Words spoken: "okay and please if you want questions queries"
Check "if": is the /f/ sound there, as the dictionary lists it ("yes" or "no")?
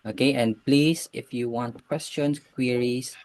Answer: yes